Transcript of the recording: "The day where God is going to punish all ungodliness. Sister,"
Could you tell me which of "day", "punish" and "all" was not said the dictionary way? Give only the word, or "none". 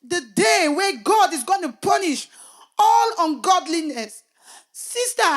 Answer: none